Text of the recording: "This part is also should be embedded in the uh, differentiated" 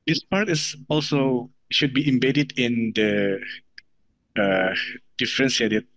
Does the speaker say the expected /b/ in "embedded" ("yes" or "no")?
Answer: yes